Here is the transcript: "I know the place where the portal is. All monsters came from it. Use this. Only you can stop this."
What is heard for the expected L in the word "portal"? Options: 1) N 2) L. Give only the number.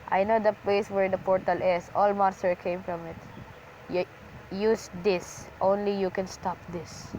2